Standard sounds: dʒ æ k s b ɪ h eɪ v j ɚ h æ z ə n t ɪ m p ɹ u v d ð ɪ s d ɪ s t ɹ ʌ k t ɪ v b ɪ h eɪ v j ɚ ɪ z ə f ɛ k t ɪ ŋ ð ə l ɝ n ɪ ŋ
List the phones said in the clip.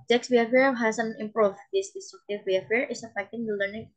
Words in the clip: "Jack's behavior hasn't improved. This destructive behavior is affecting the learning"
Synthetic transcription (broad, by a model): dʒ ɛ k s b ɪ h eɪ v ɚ h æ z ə n ɪ m p ɹ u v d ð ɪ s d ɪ s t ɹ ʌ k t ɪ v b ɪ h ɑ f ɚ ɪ s ə f ɛ k t ɪ ŋ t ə l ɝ n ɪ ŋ